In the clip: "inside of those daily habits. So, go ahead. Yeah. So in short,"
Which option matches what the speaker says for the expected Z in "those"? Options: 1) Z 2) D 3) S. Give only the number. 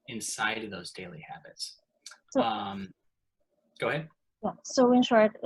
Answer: 1